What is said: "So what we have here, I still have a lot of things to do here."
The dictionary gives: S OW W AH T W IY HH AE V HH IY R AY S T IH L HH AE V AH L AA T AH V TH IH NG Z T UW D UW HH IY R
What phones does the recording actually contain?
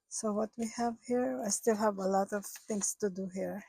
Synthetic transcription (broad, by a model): S OW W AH T W IY HH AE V HH IY R AY S T IH L HH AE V AH L AA T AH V T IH NG S T UW D UW HH IY R